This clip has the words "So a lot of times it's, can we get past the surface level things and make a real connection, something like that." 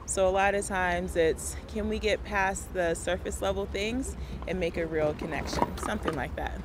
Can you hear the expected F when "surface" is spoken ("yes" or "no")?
yes